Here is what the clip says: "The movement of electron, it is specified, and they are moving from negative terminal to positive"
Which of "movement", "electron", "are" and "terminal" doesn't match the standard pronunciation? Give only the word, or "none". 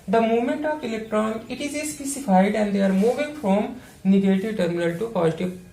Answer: none